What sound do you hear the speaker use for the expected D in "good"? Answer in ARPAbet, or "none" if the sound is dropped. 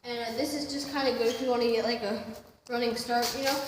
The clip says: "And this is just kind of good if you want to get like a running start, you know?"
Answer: none